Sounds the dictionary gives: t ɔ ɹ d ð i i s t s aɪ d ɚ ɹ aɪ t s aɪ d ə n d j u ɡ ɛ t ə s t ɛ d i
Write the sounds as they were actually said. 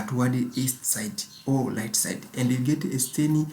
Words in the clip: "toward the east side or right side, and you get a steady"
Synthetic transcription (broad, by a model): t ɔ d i i s t s aɪ d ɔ l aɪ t s aɪ d ə n d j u ɡ ɛ t ə s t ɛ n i